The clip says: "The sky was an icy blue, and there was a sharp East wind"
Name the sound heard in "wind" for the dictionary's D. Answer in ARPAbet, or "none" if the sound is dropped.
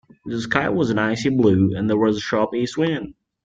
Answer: none